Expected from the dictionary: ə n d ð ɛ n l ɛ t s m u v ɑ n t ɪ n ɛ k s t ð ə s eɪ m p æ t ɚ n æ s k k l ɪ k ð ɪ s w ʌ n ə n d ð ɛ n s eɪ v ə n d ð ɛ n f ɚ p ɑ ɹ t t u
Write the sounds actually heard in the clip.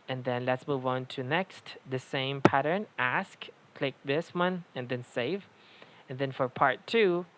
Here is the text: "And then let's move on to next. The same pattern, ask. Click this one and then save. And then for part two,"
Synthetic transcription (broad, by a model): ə n ð ɛ n l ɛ t s m u v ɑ n t ɪ n ɛ k s t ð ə s eɪ m p æ t ɚ n æ s k k l ɪ k ð ɪ s w ʌ n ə n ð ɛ n s eɪ v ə n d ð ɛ n f ɚ p ɑ ɹ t t u